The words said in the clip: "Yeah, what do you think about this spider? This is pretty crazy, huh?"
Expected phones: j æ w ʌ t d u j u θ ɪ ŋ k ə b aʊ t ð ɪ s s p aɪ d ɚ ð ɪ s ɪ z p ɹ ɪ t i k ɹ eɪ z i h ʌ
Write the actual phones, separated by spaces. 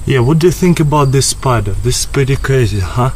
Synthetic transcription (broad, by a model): j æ w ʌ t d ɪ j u θ ɪ ŋ k ə b aʊ t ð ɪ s s p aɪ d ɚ ð ɪ s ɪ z p ɹ ɪ t i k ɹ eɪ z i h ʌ